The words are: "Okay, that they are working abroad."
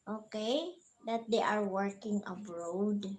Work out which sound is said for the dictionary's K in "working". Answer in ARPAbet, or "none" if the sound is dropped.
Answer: K